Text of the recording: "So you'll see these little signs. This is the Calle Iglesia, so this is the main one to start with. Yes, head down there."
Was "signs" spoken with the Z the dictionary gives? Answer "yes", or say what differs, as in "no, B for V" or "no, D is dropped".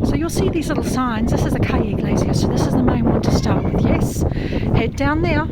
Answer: yes